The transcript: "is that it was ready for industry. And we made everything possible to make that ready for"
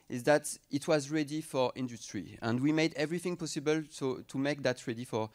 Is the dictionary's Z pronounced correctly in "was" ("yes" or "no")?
yes